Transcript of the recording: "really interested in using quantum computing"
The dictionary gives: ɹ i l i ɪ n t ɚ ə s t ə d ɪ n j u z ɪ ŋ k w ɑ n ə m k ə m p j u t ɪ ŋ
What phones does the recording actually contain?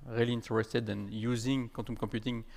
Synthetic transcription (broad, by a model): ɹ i l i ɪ n t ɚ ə s t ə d ɪ n j u z ɪ ŋ k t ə m k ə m p j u t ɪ ŋ